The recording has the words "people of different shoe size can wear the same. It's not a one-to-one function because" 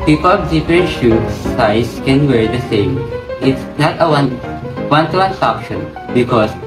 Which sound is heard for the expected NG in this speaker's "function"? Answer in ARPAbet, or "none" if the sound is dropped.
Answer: none